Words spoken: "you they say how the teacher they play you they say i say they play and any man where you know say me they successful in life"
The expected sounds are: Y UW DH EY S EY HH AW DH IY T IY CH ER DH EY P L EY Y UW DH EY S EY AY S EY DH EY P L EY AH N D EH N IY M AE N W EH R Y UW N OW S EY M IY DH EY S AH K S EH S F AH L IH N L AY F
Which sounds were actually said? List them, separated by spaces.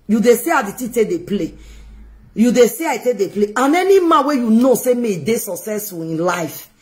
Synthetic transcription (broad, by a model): Y UW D EY S EY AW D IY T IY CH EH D EY P L EY Y UW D EY S EY AY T EY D EY P L EY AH N EH N IY M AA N W EH Y UW N OW S EY M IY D EY S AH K S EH S AH IH N L AY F